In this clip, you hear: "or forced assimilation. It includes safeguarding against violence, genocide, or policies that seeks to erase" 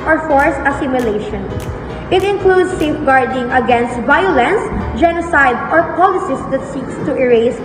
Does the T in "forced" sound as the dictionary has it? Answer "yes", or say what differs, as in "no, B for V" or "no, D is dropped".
no, T is dropped